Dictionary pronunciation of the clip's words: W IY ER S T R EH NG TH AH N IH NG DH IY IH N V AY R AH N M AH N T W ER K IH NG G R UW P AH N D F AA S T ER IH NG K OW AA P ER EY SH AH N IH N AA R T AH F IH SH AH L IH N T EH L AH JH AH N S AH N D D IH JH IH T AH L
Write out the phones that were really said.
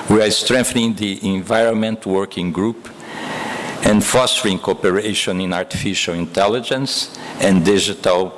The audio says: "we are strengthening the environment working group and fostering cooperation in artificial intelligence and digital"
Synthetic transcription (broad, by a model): W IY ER S T R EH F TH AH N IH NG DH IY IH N V AY R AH N M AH N T W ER K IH NG G R UW P AH N D F AA S T ER IH NG K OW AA P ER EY SH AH N IH N AA R T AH F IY SH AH L IH N T EH L AH JH AH N S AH N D D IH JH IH T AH L